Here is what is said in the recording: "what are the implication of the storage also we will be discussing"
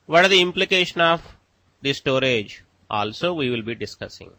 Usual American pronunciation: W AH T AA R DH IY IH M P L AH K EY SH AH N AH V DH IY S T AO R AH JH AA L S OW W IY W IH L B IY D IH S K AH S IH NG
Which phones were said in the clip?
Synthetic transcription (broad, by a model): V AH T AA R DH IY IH M P L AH K EY SH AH N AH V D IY S T AO R AH JH AA L S OW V IY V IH L B IY D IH S K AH S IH NG